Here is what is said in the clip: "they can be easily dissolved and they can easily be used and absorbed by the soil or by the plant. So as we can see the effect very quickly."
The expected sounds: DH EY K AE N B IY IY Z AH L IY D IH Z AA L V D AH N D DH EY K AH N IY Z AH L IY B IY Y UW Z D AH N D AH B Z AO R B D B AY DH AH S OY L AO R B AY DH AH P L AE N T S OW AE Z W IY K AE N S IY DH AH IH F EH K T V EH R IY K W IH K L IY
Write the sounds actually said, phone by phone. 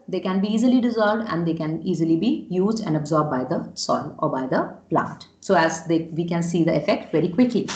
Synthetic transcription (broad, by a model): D EY K AE N B IY IY Z AH L IY D IH Z AA L V D AH N D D EY K AH N IY Z AH L IY B IY Y UW Z D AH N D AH B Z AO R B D B AY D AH S OY L AO R B AY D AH P L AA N T S OW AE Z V IY K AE N S IY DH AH IH F EH K T V EH R IY K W IH K L IY